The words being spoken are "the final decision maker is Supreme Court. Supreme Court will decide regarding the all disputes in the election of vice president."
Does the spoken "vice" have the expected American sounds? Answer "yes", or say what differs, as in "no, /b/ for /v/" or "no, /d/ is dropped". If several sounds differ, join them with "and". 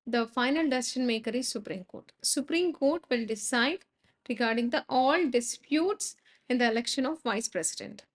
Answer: yes